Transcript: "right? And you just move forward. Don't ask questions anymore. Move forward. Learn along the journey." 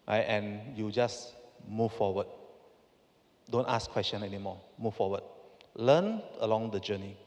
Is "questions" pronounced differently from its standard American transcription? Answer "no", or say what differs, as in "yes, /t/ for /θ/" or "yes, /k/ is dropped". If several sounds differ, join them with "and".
yes, /z/ is dropped